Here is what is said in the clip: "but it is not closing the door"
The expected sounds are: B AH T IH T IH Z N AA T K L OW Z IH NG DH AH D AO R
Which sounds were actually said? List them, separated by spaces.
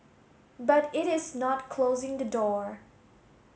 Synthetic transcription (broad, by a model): B AH T IH T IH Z N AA T K L OW Z IH NG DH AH D AO R